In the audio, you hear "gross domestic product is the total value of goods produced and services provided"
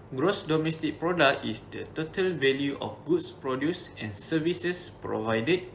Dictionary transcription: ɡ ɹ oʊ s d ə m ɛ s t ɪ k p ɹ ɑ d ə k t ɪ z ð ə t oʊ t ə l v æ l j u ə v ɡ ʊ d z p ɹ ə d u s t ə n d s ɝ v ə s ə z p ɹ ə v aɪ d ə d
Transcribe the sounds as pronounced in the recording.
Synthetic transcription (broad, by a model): ɡ ɹ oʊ s d ə m ɛ s t ɪ k p ɹ ɑ d ə k t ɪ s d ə t oʊ t ə l v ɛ l j u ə f ɡ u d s p ɹ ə d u s ə n s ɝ v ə s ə s p ɹ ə v aɪ d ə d